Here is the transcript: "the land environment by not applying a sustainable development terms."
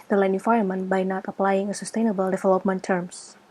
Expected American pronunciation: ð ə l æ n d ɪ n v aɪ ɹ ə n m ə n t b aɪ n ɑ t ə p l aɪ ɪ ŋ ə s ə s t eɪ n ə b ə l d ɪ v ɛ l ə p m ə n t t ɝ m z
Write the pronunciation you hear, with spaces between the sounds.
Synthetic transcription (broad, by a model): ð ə l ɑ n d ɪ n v aɪ ə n m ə n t b aɪ n ɑ t ə p l aɪ ɪ ŋ ə s ə s t eɪ n ə b ə l d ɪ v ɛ l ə p m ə n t t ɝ m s